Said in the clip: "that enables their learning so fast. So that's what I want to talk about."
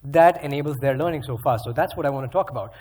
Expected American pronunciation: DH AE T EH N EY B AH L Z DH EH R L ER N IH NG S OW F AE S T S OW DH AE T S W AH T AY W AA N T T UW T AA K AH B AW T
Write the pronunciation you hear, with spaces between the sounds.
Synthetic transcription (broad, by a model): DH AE T EH N EY B AH L Z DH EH R L ER N IH NG S OW F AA T S OW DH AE T S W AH T AY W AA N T T UW T AA K AH B AW T